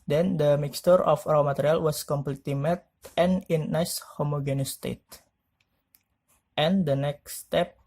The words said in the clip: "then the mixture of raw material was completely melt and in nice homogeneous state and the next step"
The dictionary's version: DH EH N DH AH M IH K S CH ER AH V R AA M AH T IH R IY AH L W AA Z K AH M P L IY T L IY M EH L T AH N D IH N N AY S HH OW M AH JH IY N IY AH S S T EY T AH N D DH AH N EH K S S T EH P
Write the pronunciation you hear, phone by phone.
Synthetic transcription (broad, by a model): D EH N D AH M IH K S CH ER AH F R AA M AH T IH R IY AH L W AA S K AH M P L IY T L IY M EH T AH N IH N N AY S HH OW M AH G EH N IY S S T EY T AH N D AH N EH K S S T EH P